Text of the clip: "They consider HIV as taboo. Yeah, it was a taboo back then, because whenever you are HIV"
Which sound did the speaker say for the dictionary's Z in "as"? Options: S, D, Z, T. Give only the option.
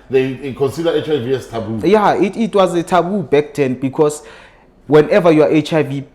S